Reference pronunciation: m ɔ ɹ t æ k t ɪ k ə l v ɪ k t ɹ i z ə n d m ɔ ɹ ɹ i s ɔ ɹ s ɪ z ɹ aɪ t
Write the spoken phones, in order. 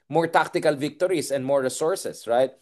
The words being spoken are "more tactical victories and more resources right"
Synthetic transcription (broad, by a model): m ɔ ɹ t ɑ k t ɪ k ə l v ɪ k t ɹ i s ə n d m ɔ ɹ ɹ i s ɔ ɹ s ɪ s ɹ aɪ t